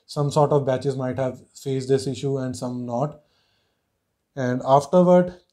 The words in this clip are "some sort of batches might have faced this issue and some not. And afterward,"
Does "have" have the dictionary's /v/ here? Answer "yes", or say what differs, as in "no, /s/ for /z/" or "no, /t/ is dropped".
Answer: yes